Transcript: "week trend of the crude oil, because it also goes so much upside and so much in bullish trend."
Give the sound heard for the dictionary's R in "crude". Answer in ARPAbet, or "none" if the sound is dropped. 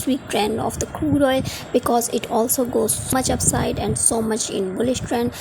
none